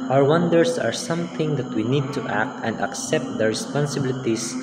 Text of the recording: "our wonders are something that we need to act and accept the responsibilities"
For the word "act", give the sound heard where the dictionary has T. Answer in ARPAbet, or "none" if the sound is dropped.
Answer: T